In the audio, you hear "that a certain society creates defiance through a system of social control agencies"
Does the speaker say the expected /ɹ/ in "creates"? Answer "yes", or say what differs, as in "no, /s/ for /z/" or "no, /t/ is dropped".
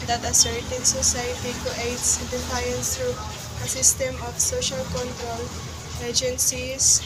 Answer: no, /ɹ/ is dropped